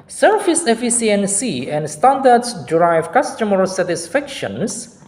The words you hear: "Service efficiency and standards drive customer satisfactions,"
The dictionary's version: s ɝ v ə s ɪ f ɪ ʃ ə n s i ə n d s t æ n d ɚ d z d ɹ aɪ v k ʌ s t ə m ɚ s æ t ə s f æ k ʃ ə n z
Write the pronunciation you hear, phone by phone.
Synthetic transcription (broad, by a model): s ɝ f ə s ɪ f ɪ s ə n s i ə n d s t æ n d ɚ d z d ɹ aɪ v k ʌ s t ə m ɚ s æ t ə s f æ k ʃ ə n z